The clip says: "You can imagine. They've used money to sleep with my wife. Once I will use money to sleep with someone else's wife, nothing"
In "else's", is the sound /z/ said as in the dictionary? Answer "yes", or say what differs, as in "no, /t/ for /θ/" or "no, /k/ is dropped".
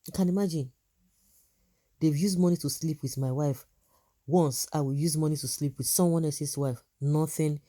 no, /s/ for /z/